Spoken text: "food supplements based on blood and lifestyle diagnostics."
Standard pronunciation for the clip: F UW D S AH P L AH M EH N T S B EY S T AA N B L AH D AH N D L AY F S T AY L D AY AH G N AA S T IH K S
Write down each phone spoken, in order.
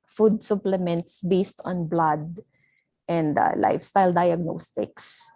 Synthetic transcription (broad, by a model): F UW D S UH P L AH M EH N T S B EY S T AA N B L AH D AH N D L AY F S T AY L D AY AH G N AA S T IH K S